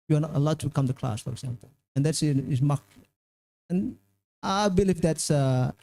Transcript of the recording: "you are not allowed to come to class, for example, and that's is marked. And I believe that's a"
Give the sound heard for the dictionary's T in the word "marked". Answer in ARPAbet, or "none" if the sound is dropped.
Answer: none